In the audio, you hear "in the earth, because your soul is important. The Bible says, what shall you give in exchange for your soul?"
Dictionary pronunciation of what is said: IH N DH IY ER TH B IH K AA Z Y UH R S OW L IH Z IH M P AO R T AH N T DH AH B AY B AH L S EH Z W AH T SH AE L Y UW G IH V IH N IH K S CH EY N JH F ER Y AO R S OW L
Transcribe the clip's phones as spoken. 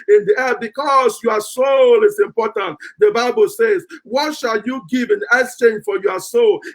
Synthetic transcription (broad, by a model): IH N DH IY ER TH B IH K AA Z Y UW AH S OW L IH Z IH M P AO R T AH N T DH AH B AY B AH L S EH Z W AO T SH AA L Y UW G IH V IH N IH S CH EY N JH F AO Y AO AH S OW L